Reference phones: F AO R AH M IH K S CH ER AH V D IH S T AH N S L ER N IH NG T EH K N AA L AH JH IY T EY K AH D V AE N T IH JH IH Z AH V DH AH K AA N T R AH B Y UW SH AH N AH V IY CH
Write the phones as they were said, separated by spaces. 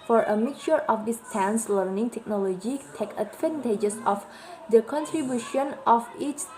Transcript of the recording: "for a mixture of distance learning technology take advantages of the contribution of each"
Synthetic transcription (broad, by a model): F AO R AH M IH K CH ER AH F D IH S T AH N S L ER N IH NG T EH K N AA L AH JH IY T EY K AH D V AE N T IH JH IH S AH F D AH K AA N T R AH B Y UW SH AH N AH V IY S